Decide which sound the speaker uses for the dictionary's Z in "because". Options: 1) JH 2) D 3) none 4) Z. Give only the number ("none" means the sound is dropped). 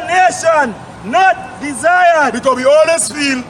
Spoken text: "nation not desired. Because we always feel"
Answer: 3